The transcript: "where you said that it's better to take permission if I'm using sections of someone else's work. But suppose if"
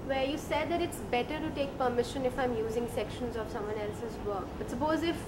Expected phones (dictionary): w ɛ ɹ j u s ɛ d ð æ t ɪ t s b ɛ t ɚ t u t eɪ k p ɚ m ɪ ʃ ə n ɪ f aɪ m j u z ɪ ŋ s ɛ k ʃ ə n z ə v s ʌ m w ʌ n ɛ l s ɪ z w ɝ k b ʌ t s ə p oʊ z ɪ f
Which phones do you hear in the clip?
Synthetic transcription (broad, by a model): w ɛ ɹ j u s ɛ d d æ t ɪ t s b ɛ t ɚ t u t eɪ k p ɚ m ɪ ʃ ə n ɪ f aɪ m j u z ɪ ŋ s ɛ k ʃ ə n z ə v s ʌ m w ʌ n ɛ l s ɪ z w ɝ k b ʌ t s ə p oʊ z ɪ f